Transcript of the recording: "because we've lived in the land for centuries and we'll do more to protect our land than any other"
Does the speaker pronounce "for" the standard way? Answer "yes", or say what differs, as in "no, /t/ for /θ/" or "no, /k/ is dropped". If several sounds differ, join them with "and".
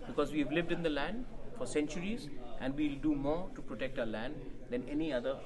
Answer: yes